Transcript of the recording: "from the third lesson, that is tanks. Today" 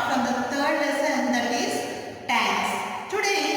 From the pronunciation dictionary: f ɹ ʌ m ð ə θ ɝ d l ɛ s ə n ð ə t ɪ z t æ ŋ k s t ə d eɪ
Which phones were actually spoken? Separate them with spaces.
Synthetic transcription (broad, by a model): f ɹ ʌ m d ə t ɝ d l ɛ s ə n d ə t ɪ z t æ k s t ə d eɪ